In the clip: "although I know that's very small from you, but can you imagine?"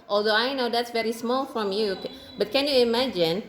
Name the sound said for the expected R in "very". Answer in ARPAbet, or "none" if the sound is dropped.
R